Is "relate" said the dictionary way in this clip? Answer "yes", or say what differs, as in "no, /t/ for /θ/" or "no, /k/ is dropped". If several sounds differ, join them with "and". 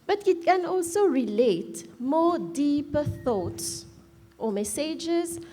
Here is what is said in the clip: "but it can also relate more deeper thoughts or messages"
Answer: yes